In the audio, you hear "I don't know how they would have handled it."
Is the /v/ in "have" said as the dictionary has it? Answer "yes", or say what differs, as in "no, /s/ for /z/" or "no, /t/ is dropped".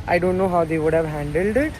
yes